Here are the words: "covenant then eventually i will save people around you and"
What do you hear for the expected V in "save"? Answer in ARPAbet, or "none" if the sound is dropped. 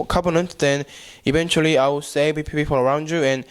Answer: P